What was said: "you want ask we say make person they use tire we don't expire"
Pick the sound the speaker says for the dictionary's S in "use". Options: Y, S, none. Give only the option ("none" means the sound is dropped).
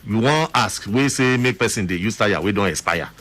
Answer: S